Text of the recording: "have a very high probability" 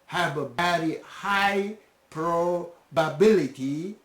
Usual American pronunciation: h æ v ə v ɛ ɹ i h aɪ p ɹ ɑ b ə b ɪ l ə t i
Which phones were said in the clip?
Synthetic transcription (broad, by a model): h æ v ə b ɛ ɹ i h aɪ p ɹ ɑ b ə b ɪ l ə t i